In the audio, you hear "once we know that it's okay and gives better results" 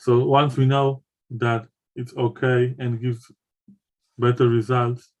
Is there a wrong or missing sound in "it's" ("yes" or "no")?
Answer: no